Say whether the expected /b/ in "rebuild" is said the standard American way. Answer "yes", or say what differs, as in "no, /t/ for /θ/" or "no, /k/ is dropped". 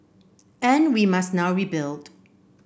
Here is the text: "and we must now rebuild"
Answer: yes